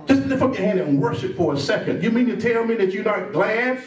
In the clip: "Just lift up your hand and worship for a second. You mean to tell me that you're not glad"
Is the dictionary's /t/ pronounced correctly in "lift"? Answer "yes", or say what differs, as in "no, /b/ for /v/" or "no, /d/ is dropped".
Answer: no, /t/ is dropped